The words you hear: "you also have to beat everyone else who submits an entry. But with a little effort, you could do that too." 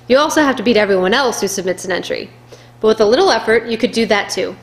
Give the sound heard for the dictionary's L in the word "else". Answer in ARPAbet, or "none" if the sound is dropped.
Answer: L